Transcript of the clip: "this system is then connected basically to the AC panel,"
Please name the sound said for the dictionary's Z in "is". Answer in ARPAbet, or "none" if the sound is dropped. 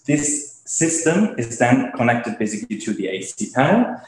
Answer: Z